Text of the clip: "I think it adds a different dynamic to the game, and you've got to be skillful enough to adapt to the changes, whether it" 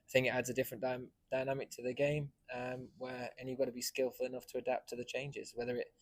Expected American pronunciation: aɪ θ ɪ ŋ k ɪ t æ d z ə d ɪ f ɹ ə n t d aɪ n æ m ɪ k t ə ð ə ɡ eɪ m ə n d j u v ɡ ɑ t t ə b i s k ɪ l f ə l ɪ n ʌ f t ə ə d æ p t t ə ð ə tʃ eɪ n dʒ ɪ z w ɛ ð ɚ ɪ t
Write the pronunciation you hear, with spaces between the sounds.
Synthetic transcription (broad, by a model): aɪ θ ɪ ŋ k ɪ t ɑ d z ə d ɪ f ɹ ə n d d aɪ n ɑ m ɪ k t ə ð ə ɡ eɪ m ə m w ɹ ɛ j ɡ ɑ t t ə b i s k ɪ l f ə l ɪ n ʌ f t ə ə d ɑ p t t ə ð ə tʃ eɪ n dʒ ɪ z w ɛ ð ɚ ɪ t